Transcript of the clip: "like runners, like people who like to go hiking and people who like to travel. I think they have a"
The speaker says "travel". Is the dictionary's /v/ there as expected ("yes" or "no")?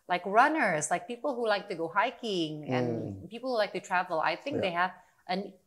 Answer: yes